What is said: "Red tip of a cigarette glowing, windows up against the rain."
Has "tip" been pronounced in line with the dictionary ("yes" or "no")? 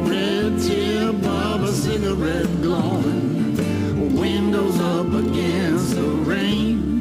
no